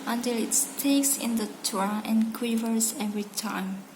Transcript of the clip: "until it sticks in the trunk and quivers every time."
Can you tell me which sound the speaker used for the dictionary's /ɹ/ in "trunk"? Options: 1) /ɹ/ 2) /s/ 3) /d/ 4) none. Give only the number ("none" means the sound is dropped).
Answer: 4